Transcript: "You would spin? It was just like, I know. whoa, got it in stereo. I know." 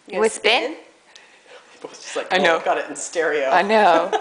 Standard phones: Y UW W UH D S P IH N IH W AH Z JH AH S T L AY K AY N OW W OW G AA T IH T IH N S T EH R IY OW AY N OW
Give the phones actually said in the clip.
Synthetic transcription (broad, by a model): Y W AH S B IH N IH W AH Z JH AH S T L AY K AY N OW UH G AA T IH T N S T EH R IY OW AY N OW